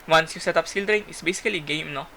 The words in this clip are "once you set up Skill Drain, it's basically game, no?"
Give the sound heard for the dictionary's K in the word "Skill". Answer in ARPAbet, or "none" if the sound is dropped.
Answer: none